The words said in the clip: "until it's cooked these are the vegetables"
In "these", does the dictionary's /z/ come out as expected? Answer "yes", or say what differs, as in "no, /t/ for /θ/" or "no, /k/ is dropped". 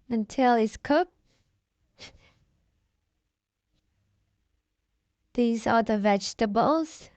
yes